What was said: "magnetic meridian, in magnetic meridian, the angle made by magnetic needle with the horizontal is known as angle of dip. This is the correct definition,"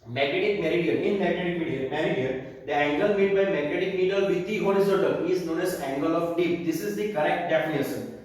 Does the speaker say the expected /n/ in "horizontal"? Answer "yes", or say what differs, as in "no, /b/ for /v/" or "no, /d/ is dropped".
no, /n/ is dropped